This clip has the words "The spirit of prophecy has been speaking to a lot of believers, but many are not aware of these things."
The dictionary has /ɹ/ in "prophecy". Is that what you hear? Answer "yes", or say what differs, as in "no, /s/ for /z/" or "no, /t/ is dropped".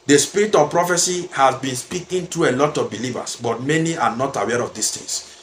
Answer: yes